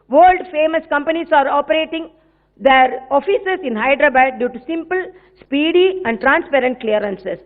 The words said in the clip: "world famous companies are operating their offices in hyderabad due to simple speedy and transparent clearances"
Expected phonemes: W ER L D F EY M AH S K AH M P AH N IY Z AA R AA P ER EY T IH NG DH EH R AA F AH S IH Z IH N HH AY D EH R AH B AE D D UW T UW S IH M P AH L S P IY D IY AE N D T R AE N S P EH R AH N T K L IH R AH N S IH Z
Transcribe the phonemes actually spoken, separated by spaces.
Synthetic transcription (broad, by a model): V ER L D F EY M AH S K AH M P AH N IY S AA R AA P ER EY T IH NG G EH R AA F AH S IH S IH N HH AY D R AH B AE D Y UW T UW S IH M P AH L S P IY D IY AE N D T R AE N S P EH R AH N T K L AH R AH N S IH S